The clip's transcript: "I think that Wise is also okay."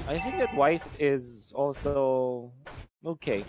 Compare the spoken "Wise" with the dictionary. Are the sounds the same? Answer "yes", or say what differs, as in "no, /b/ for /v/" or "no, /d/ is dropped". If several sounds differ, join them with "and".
no, /s/ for /z/